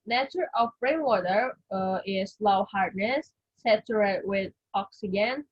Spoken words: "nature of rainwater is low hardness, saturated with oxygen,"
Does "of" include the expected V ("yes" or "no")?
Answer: no